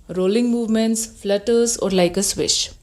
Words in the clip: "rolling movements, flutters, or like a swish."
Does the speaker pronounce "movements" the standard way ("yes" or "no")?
yes